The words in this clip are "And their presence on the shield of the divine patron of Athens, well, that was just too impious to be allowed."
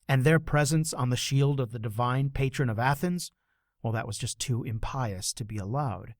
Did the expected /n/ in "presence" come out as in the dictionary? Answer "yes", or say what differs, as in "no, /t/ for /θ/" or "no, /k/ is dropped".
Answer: yes